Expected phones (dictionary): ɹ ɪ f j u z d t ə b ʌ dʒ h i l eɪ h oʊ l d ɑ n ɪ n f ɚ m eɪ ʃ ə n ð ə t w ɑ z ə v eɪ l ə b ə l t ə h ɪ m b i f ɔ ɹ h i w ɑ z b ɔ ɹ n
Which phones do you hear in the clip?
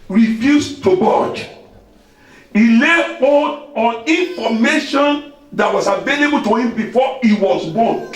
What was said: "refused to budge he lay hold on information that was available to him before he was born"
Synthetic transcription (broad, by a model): ɹ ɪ f j u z t ə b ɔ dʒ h i l eɪ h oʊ d ɑ n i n f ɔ m eɪ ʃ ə n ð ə t w ɑ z ə v eɪ l ə b ə l t ə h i m b i f ɔ i w ɑ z b ɔ n